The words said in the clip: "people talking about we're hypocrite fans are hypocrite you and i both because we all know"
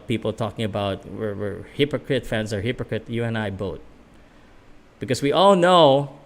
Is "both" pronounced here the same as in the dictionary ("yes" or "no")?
no